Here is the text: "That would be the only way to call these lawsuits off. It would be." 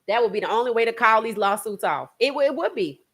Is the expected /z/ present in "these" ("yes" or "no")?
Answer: yes